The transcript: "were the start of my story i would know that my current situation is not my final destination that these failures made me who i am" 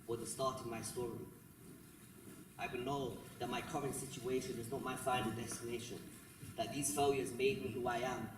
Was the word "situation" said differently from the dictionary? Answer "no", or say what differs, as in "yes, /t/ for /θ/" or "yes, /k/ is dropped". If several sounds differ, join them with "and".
no